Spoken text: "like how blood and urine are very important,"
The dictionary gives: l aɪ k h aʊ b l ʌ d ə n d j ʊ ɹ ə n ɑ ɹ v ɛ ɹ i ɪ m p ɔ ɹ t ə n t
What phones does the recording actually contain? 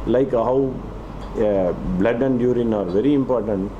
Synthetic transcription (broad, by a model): l aɪ k h aʊ b l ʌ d ə n d j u ɹ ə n ɑ ɹ v ɛ ɹ i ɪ m p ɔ ɹ t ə n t